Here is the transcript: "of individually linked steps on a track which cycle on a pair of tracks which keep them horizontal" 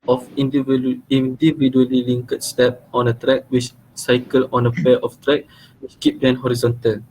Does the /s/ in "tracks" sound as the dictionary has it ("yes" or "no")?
no